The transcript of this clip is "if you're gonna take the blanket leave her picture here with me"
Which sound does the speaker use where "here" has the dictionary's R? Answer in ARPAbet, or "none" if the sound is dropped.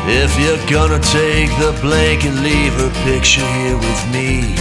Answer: R